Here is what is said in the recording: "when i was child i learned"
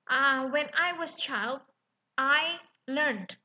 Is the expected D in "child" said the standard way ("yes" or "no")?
yes